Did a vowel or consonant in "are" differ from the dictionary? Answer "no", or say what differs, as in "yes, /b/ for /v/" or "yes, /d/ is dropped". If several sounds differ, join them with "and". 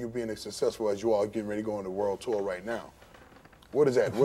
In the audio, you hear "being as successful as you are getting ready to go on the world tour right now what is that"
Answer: yes, /l/ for /ɹ/